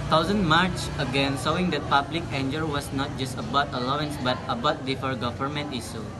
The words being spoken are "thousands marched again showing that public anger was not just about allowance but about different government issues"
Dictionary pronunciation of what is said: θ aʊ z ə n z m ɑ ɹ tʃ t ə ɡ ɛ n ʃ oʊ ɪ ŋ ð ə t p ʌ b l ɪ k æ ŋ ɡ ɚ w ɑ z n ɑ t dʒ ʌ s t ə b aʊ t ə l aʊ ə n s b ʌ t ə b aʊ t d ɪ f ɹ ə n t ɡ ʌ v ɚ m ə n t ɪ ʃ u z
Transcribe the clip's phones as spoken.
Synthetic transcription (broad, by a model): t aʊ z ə n m ɑ ɹ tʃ ə ɡ ɛ n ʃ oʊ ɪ ŋ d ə t p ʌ b l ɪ k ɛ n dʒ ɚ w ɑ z n ɑ t dʒ ʌ s t ə b aʊ t ə l aʊ ə n s b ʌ t ə b aʊ t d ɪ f ə t ɡ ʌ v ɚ m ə n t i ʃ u